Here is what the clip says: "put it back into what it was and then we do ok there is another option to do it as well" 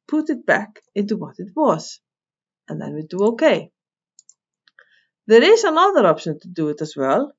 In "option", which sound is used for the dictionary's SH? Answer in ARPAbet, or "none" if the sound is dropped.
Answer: SH